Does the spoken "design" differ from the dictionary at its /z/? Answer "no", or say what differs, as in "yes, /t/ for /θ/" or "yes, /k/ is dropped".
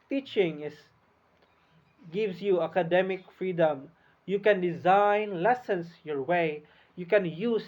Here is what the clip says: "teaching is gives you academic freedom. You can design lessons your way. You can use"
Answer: no